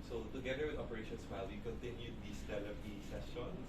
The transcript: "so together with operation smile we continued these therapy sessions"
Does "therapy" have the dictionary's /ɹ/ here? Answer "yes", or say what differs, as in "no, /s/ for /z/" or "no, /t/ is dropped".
no, /l/ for /ɹ/